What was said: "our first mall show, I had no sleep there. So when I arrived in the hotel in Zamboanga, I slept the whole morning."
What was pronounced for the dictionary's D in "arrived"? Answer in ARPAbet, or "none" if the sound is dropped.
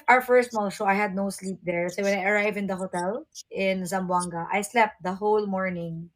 none